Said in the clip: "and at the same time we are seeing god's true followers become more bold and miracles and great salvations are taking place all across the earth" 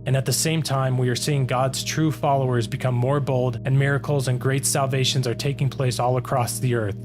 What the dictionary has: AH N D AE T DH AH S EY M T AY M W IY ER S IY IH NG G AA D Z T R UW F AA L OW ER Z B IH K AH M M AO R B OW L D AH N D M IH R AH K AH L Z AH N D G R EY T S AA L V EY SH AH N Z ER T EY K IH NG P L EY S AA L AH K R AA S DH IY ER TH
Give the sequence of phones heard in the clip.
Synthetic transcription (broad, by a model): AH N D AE T DH AH S EY M T AY M W IY ER S IY IH NG G AA D Z T R UW F AA L OW ER Z B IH K AH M M AO R B OW L D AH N M IH R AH K L Z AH N G R EY T S AA L V EY SH AH N Z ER T EY K IH NG P L EY S AA L AH K R AA S DH IY ER TH